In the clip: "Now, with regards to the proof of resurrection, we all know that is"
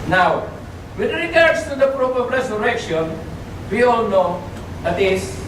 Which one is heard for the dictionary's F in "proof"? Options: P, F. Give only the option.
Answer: P